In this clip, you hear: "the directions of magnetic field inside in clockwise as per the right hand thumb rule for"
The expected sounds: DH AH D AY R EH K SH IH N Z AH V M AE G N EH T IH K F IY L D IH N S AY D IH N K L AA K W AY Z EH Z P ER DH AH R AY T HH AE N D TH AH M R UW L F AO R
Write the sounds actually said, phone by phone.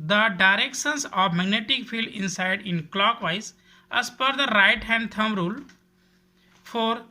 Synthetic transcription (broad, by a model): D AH D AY R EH K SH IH N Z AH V M AE G N EH T IH K F IY L D IH N S AY D IH N K L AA K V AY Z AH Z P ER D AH R AY T HH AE N D T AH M R UW L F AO R